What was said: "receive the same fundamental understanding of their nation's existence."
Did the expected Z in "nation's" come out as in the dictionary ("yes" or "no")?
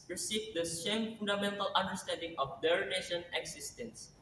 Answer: no